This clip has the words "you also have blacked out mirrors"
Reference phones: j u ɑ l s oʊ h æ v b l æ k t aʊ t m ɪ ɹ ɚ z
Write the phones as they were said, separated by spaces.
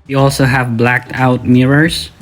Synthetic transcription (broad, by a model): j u ɑ l s oʊ h æ v b l æ k t aʊ t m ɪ ɹ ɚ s